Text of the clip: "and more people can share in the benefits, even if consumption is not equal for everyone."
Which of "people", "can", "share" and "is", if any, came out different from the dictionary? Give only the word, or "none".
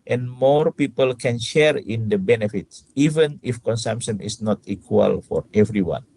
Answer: is